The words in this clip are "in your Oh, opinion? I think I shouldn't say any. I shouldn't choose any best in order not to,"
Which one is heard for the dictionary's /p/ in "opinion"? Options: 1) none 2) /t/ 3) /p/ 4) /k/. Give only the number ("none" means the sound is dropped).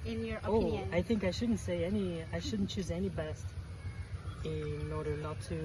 1